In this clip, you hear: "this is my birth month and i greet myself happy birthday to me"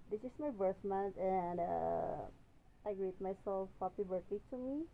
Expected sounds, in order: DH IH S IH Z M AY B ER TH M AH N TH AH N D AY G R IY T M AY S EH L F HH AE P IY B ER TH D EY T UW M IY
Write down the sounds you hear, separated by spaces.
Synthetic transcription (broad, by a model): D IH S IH S M AY B ER TH M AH N T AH N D AY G R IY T M AY S EH L F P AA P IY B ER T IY T UW M IY